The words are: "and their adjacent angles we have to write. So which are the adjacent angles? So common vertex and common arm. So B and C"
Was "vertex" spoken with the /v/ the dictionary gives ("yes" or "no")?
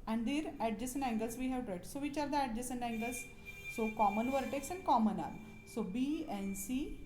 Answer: yes